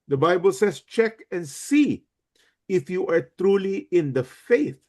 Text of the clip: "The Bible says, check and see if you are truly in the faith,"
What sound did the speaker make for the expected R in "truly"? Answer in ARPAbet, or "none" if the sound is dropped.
R